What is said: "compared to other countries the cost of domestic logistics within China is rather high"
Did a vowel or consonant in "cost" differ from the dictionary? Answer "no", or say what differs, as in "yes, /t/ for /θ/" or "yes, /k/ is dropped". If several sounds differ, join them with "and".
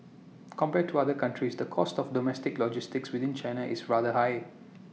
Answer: no